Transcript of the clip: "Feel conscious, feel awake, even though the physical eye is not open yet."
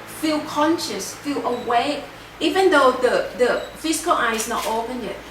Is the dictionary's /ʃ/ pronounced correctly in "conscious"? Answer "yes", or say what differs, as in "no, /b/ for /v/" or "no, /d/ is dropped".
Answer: yes